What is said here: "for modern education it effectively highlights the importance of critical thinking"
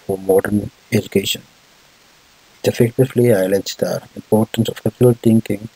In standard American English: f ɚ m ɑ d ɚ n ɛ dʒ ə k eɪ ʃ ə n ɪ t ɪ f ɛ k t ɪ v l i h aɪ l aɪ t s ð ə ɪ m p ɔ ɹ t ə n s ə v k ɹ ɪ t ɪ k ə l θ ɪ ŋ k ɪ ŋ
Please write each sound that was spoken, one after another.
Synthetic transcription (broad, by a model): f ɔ m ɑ d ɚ n ɛ dʒ ə k eɪ ʃ ə n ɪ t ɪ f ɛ k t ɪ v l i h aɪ l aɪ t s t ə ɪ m p ɔ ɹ t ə n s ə f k ɪ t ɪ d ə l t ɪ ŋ k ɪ ŋ